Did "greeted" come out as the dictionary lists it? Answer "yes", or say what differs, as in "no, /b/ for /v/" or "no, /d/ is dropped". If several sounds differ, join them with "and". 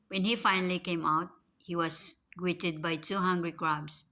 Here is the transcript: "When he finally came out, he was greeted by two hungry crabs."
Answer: no, /w/ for /ɹ/